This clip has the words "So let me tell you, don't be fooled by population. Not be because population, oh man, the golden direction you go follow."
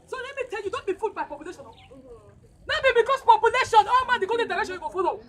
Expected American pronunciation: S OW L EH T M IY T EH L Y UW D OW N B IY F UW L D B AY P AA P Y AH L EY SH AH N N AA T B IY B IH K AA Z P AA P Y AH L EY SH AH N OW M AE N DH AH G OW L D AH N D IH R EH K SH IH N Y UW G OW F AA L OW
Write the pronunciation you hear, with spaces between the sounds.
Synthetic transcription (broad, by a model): S OW L EH T M IY T EH L Y UW D OW N B IY F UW D B AY P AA P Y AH L EY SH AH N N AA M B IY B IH K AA S P AA P Y AH L EY SH AH N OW M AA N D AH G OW D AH D IH R EH K SH IH N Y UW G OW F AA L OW